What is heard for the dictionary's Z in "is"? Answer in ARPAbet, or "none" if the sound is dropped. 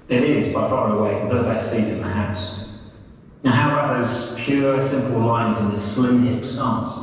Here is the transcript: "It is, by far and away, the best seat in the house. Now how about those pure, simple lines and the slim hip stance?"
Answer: Z